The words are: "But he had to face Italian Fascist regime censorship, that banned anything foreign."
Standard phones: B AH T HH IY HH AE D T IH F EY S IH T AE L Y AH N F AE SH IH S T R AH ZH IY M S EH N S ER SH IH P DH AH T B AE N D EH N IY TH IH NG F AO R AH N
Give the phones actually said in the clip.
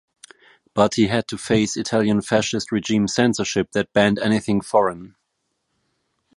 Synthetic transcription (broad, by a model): B AH T HH IY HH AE D T IH F EY S IH T AE L Y AH N F AE SH IH S T R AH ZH IY M S EH N S ER SH IH P DH AH T B AE N D EH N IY TH IH NG F AO R AH N